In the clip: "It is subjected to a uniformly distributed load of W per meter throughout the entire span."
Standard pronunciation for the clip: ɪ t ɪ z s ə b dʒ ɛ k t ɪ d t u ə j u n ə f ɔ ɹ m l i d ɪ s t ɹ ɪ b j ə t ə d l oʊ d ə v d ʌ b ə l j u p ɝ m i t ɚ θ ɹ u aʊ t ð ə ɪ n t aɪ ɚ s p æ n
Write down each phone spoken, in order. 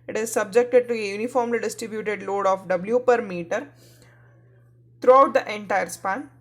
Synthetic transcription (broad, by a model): ɪ t ɪ z s ə b dʒ ɛ k t ɪ d t u ə j u n ə f ɔ ɹ m l i d ɪ s t ɹ ɪ b j ə t ə d l oʊ d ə f d ʌ b l j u p ɝ m i t ɚ t ɹ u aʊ t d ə ɪ n t aɪ ɚ s p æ n